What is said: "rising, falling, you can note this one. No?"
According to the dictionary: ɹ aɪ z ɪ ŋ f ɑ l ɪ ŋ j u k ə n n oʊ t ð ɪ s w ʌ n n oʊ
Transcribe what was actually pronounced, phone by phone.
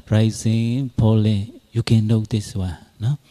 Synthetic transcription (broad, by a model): ɹ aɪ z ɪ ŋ p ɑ l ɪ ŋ j u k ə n n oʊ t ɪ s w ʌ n n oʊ